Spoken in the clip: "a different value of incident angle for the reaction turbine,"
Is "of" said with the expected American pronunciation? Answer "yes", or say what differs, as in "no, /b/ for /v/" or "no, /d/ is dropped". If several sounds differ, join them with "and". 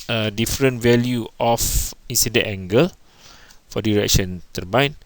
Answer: no, /f/ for /v/